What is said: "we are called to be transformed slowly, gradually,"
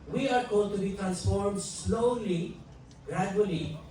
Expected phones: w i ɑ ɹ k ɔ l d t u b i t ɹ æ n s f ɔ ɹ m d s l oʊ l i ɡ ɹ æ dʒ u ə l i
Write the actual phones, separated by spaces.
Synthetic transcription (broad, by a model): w i ɑ ɹ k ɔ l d t u b i t ɹ æ n s f ɔ ɹ m d s l oʊ l i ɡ ɹ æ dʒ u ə l i